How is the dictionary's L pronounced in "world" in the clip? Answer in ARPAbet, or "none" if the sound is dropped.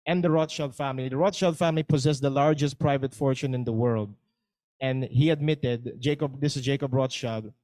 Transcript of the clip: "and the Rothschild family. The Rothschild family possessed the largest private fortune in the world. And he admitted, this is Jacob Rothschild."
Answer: L